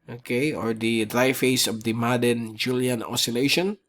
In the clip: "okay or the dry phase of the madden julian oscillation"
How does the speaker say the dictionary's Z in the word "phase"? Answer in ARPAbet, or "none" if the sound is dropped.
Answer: S